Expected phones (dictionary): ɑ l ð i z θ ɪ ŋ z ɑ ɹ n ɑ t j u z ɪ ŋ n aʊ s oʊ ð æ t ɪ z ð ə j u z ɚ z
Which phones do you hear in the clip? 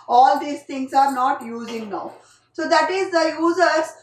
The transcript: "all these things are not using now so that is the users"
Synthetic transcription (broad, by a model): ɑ l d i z t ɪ ŋ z ɑ ɹ n ɑ t j u z ɪ ŋ n aʊ s oʊ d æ t ɪ z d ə j u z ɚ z